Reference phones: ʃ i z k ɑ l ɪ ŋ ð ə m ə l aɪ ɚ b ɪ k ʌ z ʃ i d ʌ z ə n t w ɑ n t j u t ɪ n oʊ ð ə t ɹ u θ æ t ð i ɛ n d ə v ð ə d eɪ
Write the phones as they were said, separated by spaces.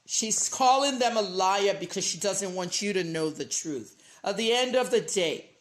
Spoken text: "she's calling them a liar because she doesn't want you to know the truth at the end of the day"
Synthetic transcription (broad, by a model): ʃ i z k ɑ l ɪ ŋ ð ə m ə l aɪ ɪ b ɪ k ʌ z ʃ i d ʌ z ə n t w ɑ n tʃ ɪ t ɪ n oʊ ð ə t ɹ u θ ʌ t ð i ɛ n d ə v ð ə d eɪ